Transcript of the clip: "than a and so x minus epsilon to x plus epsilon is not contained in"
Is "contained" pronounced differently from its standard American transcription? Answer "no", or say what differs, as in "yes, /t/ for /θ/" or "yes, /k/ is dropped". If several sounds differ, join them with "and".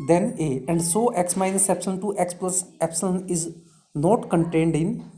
no